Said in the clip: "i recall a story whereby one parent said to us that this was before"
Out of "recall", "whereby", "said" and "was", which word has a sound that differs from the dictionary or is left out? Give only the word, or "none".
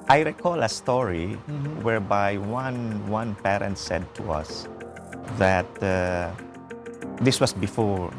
was